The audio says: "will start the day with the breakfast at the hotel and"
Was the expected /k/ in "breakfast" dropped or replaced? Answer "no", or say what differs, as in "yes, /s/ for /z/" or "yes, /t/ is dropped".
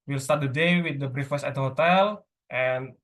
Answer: yes, /k/ is dropped